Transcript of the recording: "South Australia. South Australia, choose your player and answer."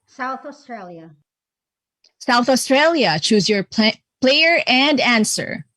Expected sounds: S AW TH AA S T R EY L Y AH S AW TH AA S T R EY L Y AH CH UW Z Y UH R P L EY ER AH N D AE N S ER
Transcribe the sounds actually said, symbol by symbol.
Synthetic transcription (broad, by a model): S AW TH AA S T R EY L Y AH S AW TH AA S T R EY L Y AH CH UW Z Y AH R P L EY ER AH N D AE N S ER